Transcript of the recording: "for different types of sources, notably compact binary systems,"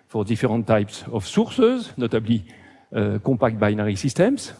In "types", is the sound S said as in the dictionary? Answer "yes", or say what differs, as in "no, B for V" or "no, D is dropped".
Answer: yes